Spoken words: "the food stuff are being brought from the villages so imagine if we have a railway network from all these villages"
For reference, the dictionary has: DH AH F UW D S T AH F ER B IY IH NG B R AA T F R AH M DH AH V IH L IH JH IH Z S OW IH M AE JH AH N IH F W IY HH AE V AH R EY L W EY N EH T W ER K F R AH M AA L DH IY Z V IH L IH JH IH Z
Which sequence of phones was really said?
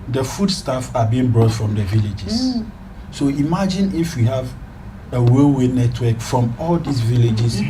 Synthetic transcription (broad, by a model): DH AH F UW D S T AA F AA B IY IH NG B R AA T F R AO M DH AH V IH L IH JH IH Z S OW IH M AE JH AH N IH F W IY HH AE V AH W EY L W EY N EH T W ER K F R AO M AA L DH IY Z V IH L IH JH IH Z